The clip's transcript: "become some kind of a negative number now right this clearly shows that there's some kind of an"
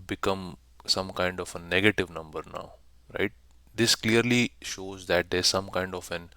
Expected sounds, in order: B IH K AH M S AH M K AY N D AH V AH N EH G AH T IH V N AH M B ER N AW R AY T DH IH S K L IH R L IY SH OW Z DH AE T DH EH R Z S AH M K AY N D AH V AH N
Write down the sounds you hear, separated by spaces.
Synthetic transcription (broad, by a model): B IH K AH M S AH M K AY N D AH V AH N EH G AH T IH V N AH M B ER N AW R AY T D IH S K L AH R L IY SH OW Z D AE T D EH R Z S AH M K AY N D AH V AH N